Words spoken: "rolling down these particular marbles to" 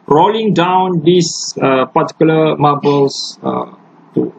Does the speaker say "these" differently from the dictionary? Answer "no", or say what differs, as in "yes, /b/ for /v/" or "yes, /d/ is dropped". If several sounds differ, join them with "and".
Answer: yes, /s/ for /z/